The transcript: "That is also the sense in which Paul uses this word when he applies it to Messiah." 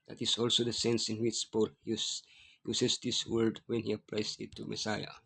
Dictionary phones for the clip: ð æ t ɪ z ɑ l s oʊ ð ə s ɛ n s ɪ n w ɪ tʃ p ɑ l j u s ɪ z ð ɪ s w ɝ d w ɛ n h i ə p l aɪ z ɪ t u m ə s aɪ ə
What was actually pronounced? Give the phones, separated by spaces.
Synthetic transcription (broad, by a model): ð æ t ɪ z ɑ l s oʊ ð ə s ɛ n s ɪ n w ɪ tʃ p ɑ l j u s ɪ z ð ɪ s w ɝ d w ɛ n h i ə p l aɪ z ɪ t u m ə s aɪ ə